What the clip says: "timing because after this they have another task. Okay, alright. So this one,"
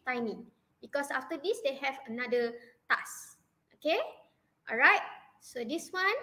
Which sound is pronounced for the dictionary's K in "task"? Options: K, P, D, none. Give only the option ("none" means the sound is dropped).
none